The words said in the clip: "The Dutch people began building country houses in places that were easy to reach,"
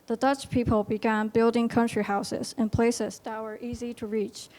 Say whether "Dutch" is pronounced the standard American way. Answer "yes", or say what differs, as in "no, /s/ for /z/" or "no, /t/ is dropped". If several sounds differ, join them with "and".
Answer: yes